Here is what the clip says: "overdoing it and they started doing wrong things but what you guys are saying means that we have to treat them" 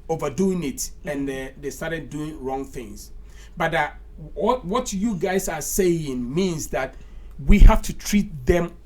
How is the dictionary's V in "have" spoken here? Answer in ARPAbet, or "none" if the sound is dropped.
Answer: F